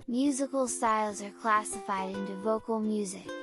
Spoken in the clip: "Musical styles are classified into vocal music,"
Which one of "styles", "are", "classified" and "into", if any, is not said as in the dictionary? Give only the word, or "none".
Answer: none